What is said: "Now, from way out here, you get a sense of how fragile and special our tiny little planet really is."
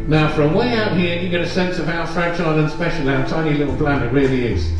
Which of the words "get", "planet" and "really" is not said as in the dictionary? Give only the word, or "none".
planet